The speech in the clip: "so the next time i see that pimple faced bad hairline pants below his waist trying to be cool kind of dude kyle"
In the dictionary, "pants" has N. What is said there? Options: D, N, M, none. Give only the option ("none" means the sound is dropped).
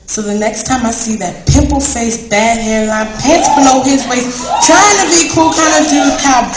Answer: none